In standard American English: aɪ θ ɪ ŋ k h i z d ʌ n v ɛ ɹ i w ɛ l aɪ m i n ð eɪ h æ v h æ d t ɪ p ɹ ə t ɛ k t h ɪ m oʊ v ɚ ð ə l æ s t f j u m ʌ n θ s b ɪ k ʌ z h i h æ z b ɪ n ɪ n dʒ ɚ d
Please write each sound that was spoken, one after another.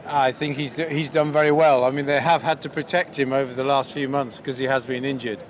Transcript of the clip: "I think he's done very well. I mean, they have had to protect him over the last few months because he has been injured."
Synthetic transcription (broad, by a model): aɪ θ ɪ ŋ k h i z d ʌ n v ɛ ɹ i w ɛ l aɪ m i n ð eɪ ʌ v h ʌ d t ɪ p ɹ ə t ɛ k t h ɪ m oʊ v ɚ ð ə l æ s t f j u m ʌ n θ s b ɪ k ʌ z i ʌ z b ɪ n ɪ n dʒ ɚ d